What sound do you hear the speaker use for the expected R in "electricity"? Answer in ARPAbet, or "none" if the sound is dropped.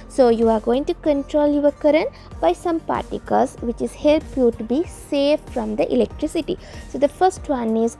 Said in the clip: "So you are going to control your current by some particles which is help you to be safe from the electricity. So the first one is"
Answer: R